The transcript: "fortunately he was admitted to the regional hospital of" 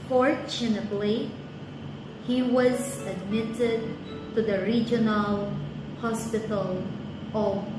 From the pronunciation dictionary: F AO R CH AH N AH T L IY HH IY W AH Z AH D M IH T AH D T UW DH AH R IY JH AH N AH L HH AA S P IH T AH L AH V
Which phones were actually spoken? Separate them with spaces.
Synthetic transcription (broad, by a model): F AO R CH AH N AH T L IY HH IY W AH Z AH D M IH T AH D T UW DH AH R IY JH AH N AH L HH AA S P IH T AH L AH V